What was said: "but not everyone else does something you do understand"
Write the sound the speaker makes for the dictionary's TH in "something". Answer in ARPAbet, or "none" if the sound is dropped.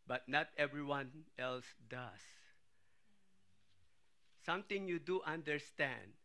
T